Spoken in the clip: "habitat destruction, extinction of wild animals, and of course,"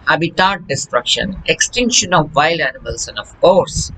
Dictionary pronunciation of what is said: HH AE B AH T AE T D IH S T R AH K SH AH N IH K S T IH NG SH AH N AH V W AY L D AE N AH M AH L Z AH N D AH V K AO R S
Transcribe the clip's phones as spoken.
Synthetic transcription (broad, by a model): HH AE B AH T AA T D IH S T R AH K SH AH N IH K S T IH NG SH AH N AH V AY L AE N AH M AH L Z AH N D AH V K AO R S